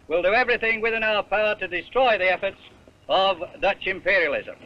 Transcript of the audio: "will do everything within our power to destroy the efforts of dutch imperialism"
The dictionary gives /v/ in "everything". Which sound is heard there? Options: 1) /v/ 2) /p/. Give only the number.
1